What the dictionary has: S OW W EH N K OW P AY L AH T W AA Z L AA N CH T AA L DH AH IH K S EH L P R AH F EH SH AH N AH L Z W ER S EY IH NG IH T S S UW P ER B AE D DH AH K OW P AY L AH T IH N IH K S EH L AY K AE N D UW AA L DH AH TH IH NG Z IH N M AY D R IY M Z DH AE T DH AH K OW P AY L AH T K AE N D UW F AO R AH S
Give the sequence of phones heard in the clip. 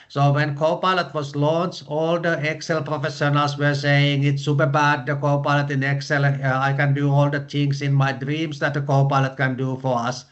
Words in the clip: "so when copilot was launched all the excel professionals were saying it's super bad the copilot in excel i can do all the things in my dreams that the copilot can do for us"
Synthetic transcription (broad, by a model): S OW W EH N K OW P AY L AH T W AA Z L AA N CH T AA L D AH IH K S EH L P R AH F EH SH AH N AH L S W ER S EY IH NG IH T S S UW P ER B AE D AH K OW P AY L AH T IH N IH K S EH L AY K AE N D UW AA L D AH T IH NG S IH N M AY D R IY M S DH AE T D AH K OW P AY L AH T K AE N D UW F AO R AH S